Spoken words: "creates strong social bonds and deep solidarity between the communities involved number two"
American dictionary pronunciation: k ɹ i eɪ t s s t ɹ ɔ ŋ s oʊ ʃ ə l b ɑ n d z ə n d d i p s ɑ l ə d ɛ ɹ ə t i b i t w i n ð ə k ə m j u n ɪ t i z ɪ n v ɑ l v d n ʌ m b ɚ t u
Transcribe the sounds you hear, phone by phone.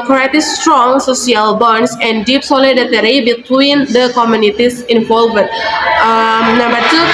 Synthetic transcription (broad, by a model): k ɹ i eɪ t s s t ɹ ɔ ŋ s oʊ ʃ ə l b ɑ n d s ə n d d i p s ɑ l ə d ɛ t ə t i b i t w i n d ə k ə m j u n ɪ t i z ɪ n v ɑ l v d n ʌ m b ɚ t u